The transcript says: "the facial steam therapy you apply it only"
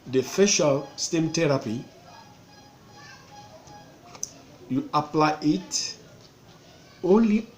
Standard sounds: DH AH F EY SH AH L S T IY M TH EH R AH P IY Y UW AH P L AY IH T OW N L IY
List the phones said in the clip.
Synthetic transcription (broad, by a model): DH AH F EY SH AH L S T IY M T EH R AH P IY Y UW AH P L AY IH T OW N L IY